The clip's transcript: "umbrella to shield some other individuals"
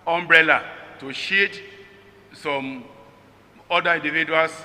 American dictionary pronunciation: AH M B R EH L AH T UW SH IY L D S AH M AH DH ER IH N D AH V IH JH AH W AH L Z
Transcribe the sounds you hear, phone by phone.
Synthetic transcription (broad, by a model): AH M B R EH L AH T UW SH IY D S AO M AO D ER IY N D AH V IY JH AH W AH L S